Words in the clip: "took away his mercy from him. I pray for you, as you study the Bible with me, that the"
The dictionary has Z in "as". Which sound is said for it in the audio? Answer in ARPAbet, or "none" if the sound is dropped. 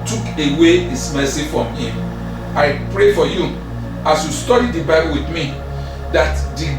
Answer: S